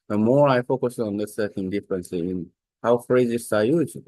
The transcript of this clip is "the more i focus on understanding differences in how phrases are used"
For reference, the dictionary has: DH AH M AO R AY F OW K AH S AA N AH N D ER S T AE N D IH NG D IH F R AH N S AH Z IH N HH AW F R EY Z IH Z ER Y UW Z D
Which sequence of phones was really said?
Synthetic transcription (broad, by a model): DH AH M AO R AY F OW K AH S AA N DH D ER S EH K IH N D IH F R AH N S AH IH N HH AW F R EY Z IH S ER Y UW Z